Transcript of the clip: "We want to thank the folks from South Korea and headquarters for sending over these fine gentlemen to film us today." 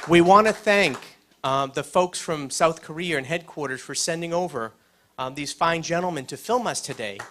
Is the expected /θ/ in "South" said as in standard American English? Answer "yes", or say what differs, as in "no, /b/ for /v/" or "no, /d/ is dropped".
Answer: yes